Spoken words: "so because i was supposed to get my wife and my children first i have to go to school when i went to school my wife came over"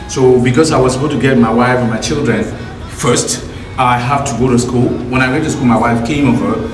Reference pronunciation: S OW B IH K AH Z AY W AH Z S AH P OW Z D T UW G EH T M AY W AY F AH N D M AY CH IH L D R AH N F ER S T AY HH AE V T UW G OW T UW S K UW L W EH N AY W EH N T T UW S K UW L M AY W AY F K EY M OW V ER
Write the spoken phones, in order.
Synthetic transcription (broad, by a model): S OW B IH K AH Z AY W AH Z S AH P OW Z T UW G EH T M AY W AY F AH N M AY CH IH L D R AH N F ER S T AY HH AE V T UW G OW T UW S K UW L W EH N AY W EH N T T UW S K UW L M AY W AY F K EY M OW V ER